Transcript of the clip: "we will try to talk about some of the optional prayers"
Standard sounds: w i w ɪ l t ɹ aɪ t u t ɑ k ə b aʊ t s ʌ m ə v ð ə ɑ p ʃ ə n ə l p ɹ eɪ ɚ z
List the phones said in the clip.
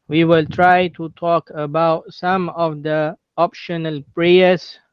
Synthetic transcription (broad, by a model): w i w ɪ l t ɹ aɪ t u t ɑ k ə b aʊ t s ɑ m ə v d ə ɑ p ʃ ə n ə l p ɹ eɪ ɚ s